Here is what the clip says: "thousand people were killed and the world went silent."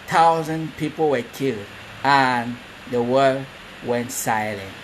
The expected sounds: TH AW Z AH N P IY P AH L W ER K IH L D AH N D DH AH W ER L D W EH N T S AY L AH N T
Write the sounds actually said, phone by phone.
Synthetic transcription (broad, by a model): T AW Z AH N P IY P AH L W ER K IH L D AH N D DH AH W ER D W EH N T S AY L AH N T